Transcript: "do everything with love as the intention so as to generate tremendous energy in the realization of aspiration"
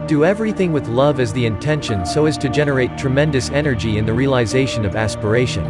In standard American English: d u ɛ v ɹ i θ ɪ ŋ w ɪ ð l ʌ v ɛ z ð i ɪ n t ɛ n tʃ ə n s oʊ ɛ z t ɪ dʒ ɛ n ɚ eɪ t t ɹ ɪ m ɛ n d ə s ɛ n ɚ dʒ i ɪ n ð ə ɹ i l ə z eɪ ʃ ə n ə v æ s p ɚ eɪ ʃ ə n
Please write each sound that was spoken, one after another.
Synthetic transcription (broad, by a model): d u ɛ v ɹ i θ ɪ ŋ w ɪ ð l ʌ v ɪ z ð i ɪ n t ɛ n ʃ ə n s oʊ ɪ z t ɪ dʒ ɛ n ɚ eɪ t t ɹ ɪ m ɛ n d ə s ɛ n ɚ dʒ i ɪ n ð ə ɹ i l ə z eɪ ʃ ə n ə v æ s p ɚ eɪ ʃ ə n